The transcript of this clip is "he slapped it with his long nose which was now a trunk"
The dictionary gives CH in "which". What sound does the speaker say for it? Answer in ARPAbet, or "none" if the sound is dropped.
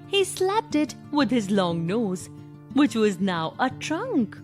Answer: CH